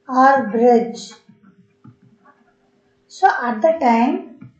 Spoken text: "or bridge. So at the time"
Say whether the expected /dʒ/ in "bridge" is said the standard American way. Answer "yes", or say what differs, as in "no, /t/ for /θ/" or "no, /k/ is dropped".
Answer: yes